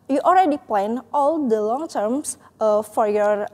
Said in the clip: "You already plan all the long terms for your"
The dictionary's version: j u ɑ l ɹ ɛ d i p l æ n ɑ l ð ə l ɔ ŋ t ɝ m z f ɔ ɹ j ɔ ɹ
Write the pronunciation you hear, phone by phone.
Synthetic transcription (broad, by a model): j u ɑ l ɹ ɛ d i p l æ n ɑ l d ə l ɔ ŋ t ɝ m s f ɔ ɹ j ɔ ɹ